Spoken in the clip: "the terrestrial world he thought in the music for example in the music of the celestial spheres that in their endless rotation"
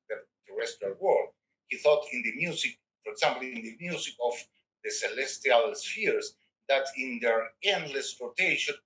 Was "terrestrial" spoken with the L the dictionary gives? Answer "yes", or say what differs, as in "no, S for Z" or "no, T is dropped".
no, N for L